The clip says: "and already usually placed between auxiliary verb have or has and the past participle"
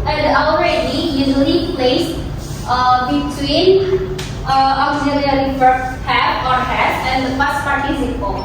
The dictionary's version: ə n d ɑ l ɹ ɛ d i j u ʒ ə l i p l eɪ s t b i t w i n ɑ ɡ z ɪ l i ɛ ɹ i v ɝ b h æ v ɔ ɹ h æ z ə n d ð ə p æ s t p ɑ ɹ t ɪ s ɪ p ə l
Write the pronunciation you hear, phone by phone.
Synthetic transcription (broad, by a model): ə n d ɑ l ɹ ɛ d i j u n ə n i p l eɪ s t b i t w i n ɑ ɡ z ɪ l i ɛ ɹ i f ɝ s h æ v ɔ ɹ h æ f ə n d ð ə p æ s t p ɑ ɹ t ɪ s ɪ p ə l